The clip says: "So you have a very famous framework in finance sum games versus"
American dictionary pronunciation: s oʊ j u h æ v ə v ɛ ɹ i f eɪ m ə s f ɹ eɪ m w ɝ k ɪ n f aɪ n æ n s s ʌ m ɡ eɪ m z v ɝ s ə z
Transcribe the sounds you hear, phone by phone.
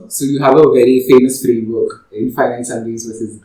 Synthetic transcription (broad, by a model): s oʊ j u h æ v ə v ɛ ɹ i f eɪ m ə s f ɹ eɪ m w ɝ k ɪ n f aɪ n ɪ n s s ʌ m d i z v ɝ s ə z